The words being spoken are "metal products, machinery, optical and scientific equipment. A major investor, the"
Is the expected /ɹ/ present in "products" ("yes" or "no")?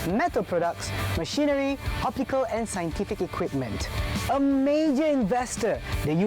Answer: yes